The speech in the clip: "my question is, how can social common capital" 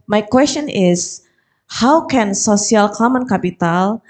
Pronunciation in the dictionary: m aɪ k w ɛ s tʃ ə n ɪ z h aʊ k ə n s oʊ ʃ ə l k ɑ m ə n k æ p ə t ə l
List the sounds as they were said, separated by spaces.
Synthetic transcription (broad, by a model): m aɪ k w ɛ s tʃ ə n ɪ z h aʊ k ə n s oʊ s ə l k ɑ m ə n k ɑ p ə t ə l